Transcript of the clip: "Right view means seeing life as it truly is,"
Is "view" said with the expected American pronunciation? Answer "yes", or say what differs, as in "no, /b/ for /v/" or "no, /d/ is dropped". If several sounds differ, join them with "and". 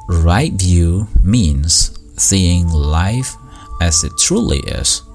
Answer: yes